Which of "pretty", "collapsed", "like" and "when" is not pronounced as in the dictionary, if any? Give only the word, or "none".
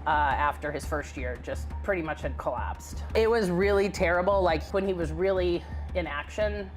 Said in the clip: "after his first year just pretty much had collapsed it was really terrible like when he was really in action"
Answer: none